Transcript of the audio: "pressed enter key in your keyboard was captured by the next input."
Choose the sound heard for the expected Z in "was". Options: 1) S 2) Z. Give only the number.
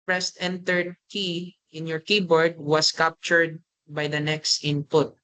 1